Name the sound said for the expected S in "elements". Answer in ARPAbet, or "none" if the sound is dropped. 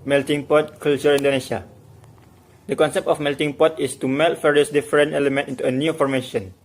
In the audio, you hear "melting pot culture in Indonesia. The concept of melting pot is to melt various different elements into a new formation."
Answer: none